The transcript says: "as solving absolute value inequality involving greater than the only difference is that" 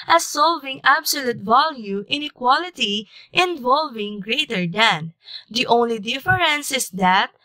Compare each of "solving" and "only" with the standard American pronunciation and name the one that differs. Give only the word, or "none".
none